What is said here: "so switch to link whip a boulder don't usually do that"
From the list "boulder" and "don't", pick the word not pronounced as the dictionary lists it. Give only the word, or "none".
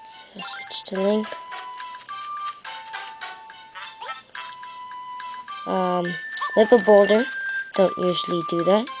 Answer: none